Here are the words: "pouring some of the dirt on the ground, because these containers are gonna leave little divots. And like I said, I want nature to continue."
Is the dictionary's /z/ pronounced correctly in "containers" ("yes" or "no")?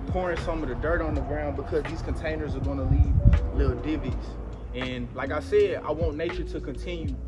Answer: yes